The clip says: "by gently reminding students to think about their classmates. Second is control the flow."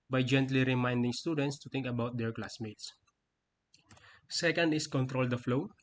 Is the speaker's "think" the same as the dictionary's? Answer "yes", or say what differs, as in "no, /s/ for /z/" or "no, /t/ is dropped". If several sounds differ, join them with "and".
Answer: no, /t/ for /θ/